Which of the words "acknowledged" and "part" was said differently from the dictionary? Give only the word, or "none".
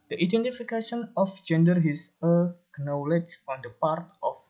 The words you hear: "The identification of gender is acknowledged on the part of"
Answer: acknowledged